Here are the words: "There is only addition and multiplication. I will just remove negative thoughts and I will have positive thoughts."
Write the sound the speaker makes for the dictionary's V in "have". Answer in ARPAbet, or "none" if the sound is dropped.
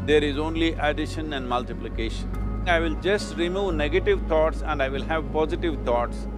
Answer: V